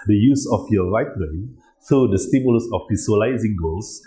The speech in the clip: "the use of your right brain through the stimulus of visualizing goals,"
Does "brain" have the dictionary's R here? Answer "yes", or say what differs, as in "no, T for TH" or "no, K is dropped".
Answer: no, R is dropped